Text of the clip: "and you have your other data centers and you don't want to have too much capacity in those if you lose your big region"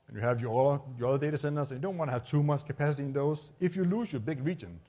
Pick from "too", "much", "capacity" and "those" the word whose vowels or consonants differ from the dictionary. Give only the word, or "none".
those